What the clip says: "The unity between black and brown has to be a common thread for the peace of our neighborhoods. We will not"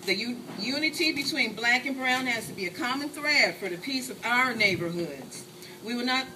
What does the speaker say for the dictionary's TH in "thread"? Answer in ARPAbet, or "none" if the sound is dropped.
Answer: TH